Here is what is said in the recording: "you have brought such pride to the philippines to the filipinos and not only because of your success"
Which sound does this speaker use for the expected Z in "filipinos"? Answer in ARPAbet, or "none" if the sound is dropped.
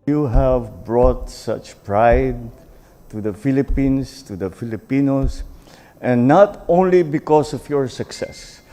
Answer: S